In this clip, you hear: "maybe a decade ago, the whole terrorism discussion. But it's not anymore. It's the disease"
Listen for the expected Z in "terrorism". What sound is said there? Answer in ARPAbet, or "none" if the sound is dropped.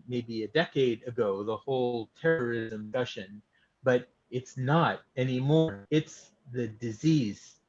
Z